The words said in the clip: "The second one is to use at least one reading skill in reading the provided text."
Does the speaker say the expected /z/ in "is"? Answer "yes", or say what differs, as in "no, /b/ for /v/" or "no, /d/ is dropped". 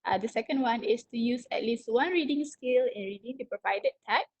no, /s/ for /z/